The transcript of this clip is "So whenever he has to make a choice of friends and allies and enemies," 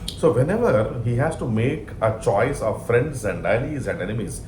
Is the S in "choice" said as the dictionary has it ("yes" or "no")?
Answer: yes